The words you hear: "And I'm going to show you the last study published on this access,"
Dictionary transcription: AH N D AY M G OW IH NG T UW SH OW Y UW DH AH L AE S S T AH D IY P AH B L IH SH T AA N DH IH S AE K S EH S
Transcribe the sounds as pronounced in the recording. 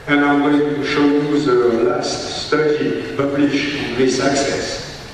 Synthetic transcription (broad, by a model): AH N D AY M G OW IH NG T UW SH OW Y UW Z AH L AE S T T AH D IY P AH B L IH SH IH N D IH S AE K S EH S